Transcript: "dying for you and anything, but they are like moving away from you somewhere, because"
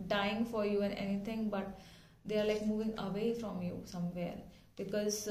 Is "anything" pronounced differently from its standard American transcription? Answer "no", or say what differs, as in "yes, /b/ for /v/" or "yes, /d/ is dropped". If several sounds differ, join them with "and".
yes, /t/ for /θ/